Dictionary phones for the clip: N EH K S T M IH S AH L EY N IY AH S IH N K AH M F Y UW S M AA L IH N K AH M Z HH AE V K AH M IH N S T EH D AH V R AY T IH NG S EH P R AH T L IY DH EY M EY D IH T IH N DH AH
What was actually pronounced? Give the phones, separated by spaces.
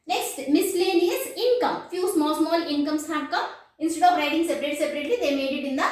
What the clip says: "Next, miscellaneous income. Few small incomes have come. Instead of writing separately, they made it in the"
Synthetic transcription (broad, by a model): N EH K S T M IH S L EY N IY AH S IH N K AH M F Y UW S M AA L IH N K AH M S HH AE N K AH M IH N S T EH D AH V R AY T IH NG S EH P R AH T L IY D EY M EY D IH T IH N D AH